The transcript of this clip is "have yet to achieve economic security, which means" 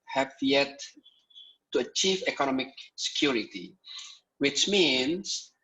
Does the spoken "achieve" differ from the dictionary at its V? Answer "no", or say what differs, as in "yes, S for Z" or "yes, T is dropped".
no